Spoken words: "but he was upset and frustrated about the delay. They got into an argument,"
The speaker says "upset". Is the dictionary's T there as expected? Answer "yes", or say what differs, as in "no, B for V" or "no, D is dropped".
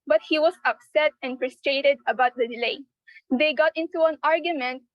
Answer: yes